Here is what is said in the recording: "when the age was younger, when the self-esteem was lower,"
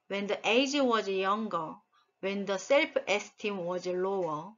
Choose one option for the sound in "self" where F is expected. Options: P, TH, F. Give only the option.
P